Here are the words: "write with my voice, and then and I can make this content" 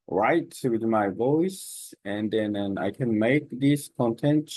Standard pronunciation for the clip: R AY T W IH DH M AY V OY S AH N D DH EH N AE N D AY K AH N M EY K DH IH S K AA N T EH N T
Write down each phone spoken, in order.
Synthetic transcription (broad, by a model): R AY T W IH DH M AY V OY S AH N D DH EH N N AY K AH N M EY K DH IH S K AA N T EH N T